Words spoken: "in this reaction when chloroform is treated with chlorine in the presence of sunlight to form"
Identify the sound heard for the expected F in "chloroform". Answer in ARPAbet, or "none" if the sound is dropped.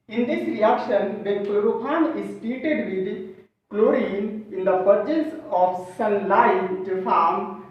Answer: P